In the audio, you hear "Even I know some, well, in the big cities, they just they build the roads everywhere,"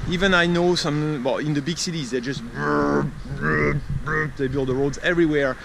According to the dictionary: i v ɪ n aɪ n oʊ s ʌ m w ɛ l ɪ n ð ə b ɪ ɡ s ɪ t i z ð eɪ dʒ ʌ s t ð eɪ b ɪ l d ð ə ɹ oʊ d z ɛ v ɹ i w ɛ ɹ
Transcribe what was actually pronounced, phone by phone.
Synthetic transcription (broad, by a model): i v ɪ n aɪ n oʊ s ʌ m w ɛ l ɪ n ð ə b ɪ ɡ s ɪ t i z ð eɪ dʒ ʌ s t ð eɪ b ɪ l d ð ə ɹ oʊ d z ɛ v ɹ i w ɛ ɹ